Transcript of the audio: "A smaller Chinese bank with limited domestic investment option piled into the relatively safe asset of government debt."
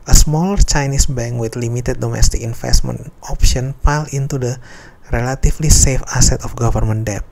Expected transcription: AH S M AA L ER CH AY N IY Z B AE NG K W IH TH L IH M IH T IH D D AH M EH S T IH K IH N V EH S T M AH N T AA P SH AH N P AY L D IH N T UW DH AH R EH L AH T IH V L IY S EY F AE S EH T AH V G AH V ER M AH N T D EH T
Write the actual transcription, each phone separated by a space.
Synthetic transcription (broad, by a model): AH S M AA L ER CH AY N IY S B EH NG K W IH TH L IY M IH T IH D D AH M EH S T IH K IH N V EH S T M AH N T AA P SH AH N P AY L IH N T UW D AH R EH L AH T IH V L IY S EY F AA S EH T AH F G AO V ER M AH N D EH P